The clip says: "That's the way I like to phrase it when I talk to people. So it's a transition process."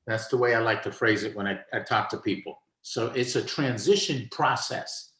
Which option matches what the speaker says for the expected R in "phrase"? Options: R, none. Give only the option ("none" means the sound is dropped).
R